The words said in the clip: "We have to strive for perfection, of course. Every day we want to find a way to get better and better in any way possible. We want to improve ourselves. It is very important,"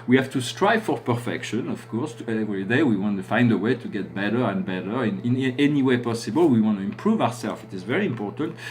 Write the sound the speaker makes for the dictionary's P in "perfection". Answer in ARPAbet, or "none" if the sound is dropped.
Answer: P